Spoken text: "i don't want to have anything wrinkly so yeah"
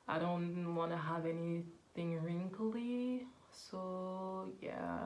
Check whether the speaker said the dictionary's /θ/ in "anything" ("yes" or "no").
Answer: yes